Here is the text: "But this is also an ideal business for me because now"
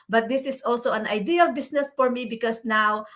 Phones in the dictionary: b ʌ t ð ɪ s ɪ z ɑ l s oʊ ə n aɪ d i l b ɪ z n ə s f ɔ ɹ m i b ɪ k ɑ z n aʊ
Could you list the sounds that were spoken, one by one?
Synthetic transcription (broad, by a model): b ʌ t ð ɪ s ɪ s ɑ l s oʊ ə n aɪ d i l b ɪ s n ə s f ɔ ɹ m i b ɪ k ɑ s n aʊ